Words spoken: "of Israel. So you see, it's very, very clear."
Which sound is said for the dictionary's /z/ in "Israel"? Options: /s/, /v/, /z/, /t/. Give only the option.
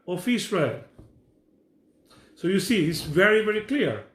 /s/